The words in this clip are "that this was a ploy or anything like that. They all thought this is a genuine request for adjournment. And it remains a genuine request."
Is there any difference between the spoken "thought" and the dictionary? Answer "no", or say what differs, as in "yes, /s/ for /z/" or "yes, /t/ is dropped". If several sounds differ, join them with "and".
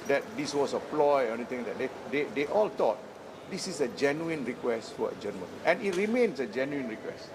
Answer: yes, /t/ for /θ/